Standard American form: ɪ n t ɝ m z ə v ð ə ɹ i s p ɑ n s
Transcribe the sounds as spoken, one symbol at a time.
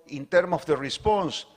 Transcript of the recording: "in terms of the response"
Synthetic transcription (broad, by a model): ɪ n t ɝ m ə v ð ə ɹ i s p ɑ n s